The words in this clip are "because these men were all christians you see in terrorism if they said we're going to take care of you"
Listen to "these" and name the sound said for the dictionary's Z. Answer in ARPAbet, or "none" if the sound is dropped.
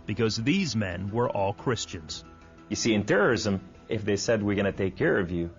Z